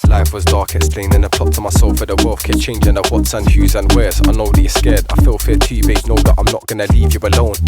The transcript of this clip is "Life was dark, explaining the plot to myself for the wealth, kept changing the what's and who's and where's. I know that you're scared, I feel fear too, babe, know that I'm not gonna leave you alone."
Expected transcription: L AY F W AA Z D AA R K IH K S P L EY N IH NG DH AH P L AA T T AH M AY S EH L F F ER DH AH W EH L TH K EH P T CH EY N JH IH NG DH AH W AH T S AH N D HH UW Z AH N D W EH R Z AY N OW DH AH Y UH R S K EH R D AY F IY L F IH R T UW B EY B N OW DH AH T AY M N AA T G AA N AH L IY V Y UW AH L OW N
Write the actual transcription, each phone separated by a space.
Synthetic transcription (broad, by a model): L AY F W AA Z D AA R K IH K S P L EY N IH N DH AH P AA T T AH M AY S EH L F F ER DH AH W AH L F K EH CH EY N JH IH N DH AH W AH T S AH N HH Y UW Z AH N W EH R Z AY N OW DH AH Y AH S K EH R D AY F IY L F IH T UW B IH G N OW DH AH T AY M N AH T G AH N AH L IY V Y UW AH L OW N